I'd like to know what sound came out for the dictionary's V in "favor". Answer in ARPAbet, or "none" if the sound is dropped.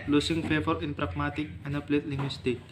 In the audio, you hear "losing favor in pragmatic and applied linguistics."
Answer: F